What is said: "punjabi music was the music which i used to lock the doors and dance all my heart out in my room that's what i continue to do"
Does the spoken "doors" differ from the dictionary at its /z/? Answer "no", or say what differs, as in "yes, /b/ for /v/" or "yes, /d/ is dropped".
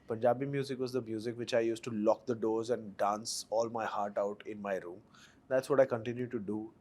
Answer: no